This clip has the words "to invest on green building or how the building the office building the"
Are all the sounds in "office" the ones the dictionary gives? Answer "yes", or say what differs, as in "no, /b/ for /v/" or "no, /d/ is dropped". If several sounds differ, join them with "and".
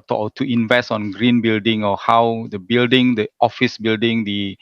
yes